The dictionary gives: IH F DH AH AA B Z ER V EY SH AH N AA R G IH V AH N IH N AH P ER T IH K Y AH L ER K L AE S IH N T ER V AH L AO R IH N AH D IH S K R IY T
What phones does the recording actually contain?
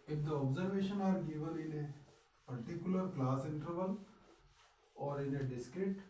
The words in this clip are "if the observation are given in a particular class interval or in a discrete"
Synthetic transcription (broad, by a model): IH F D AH AA B Z ER V EY SH AH N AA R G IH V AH L IH N AH P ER T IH K Y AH L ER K L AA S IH N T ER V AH L AO R IH N AH D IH S K R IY T